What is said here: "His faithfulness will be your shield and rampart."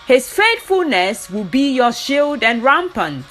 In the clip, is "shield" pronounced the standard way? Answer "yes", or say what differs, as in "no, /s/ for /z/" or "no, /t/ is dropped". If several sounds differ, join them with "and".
yes